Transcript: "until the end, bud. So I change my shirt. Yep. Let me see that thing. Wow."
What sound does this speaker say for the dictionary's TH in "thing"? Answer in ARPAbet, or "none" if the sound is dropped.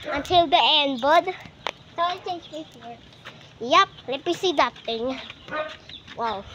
T